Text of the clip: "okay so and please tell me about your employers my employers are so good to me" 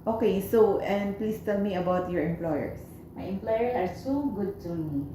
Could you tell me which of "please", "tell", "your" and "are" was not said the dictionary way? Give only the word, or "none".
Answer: please